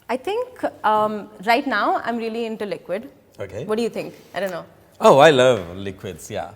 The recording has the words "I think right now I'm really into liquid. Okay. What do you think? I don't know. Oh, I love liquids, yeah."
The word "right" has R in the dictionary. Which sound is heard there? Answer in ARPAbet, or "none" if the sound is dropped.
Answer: R